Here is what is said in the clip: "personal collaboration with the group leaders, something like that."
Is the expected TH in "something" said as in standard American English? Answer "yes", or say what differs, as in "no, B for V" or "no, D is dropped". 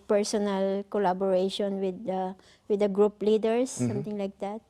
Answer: no, T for TH